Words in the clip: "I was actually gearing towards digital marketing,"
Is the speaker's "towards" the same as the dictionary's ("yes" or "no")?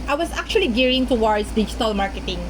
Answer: no